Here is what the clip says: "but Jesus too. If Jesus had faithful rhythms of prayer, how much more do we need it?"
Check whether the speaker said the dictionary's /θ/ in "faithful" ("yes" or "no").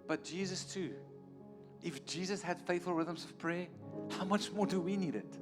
yes